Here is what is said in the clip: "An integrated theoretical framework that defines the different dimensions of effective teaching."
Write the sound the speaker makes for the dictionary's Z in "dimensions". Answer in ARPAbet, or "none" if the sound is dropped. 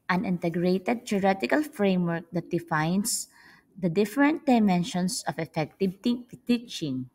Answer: S